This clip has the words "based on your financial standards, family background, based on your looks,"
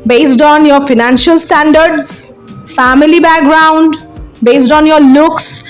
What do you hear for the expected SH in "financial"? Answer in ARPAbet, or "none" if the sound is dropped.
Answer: SH